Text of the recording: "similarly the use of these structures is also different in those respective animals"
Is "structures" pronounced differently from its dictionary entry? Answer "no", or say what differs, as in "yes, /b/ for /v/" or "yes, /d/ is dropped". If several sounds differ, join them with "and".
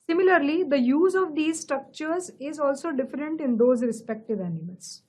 no